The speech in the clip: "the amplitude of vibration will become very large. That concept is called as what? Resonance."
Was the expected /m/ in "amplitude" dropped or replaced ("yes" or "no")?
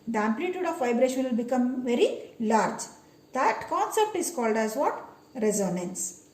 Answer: no